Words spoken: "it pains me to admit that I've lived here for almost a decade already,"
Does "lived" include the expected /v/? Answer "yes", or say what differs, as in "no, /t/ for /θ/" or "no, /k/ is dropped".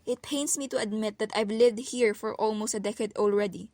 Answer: yes